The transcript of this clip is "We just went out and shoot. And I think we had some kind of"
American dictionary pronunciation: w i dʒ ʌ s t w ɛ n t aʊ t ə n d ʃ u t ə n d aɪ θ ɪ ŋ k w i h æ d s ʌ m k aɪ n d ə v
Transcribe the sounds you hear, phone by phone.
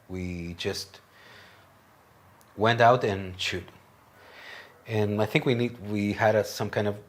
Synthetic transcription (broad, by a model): w i dʒ ʌ s t w ɛ n t aʊ t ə n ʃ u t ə n aɪ θ ɪ ŋ k w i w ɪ d s ʌ m k aɪ n d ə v